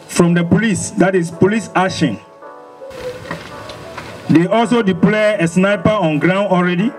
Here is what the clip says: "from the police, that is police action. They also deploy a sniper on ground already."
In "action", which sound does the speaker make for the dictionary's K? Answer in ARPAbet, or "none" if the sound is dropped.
none